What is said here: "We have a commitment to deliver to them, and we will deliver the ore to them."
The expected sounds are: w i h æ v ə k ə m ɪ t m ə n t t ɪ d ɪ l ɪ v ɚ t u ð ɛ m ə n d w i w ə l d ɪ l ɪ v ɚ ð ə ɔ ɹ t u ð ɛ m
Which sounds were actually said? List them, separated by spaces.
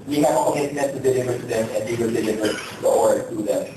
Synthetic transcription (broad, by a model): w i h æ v ə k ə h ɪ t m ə t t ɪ d ɪ l ɪ v ɚ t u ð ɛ m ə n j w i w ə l d ɪ l ɪ v ɚ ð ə ɔ ɹ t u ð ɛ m